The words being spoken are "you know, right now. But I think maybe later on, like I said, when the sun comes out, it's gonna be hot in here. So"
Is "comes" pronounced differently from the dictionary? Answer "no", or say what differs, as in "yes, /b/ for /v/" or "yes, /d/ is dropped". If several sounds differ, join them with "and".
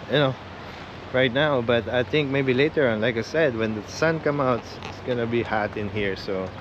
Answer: yes, /z/ is dropped